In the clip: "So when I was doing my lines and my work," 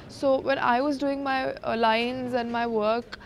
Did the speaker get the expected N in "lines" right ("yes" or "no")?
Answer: yes